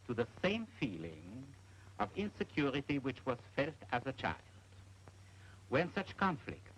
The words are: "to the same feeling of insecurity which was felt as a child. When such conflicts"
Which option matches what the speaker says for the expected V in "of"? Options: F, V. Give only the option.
V